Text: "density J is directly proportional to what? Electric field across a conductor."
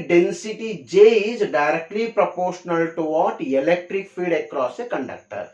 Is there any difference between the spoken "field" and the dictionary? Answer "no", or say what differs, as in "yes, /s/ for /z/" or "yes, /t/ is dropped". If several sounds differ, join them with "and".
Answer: yes, /l/ is dropped